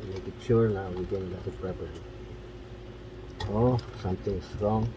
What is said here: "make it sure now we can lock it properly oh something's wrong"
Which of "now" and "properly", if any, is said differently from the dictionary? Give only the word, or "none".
properly